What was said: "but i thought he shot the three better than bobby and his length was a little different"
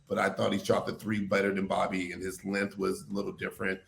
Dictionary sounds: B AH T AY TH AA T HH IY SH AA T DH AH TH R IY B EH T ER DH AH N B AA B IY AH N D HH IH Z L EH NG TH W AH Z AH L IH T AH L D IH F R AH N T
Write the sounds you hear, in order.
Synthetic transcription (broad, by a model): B AH T AY TH AA T HH IY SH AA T DH AH TH R IY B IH T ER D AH N B AA B IY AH N IH Z L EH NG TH W AH Z AH L IH T L D IH F R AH N T